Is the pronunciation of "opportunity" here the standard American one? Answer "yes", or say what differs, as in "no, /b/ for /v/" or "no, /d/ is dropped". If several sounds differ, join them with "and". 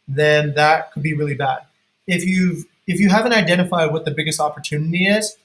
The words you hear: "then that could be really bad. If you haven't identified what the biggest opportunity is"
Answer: yes